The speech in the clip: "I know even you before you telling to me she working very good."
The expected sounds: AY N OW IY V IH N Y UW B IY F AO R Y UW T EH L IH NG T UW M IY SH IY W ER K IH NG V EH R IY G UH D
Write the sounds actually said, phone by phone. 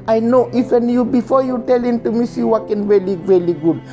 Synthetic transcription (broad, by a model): AY N OW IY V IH N Y UW B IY F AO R Y UW T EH L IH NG T UW M IY S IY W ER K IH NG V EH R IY G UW D